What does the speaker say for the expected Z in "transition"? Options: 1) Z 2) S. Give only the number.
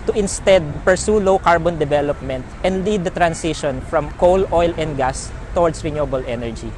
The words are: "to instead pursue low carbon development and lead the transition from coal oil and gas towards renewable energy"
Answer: 2